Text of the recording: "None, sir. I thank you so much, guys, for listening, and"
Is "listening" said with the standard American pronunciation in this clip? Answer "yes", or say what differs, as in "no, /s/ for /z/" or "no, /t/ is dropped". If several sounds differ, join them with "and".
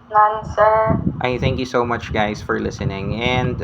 yes